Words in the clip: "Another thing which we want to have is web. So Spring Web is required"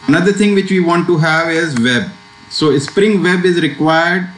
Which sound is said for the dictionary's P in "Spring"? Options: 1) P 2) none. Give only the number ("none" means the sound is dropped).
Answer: 1